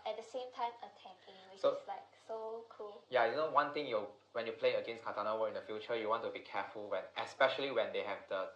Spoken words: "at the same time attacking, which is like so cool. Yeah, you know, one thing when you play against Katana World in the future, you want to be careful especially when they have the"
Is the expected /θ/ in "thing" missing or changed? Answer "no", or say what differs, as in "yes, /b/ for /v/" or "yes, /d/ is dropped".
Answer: yes, /t/ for /θ/